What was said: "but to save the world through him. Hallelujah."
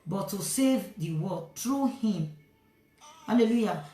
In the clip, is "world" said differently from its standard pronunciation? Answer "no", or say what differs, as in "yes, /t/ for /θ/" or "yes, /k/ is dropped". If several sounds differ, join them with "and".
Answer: yes, /l/ is dropped